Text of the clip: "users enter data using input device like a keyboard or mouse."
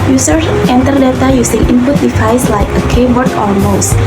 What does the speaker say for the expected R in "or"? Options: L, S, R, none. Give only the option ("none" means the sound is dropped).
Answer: L